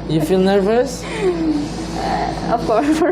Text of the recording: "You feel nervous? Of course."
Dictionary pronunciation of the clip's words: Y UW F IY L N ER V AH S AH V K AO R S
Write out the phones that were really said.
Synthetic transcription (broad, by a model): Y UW F IY L N ER V AH S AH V K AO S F